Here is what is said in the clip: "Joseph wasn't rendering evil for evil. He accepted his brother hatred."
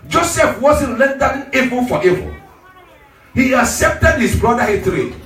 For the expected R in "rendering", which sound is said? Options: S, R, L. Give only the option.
L